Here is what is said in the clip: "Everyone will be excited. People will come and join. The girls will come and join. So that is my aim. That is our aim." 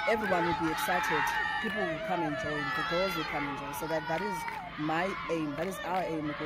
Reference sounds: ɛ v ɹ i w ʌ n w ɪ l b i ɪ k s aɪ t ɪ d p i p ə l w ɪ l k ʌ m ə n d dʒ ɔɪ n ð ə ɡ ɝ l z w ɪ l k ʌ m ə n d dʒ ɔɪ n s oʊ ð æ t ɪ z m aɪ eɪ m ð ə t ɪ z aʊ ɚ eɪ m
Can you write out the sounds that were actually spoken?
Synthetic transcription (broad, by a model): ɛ v ɹ i w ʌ n w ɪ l b i ɪ k s aɪ t ɪ d p i p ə l w ɪ l k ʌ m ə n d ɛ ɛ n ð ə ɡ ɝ z w ɪ l k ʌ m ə n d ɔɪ s oʊ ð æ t ɪ z m aɪ eɪ m ð ə t ɪ z aʊ ɚ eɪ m